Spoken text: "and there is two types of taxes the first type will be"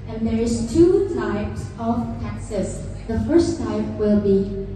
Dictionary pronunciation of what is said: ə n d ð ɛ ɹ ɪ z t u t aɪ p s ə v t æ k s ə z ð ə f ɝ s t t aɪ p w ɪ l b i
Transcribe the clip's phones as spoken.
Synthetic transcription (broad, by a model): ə n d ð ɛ ɹ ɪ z t u t aɪ p s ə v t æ k s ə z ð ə f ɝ s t t aɪ p w ɪ l b i